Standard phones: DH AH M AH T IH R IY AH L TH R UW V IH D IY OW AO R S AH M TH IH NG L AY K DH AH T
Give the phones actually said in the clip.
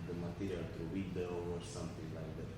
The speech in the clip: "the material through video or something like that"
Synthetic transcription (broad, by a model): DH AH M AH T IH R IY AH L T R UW W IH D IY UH AO R S AH M TH IH NG L AY K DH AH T